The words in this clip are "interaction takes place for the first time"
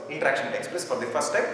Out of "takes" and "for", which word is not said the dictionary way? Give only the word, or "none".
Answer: none